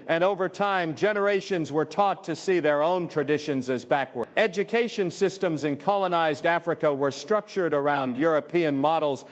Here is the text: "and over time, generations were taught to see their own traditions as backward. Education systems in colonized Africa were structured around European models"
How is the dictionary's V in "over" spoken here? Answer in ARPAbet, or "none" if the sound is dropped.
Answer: V